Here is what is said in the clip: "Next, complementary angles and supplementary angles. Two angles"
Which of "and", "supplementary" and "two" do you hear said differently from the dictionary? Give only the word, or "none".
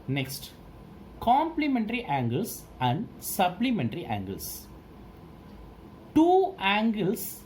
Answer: supplementary